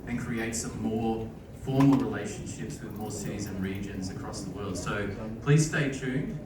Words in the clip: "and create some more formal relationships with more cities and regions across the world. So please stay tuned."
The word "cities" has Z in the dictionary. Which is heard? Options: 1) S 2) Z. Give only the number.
2